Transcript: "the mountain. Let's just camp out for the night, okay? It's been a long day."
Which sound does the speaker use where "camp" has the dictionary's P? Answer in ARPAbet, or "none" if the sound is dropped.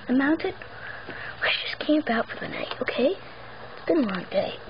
B